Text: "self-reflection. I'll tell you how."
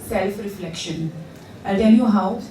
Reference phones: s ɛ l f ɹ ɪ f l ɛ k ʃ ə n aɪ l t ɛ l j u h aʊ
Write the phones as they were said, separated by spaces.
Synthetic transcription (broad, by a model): s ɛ l f ɹ ɪ f l ɛ k ʃ ə n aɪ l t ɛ n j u h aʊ